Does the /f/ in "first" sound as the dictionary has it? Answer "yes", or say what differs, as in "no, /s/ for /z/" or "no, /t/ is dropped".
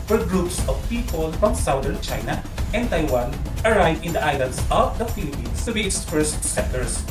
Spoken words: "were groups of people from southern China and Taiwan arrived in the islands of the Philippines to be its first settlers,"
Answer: no, /p/ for /f/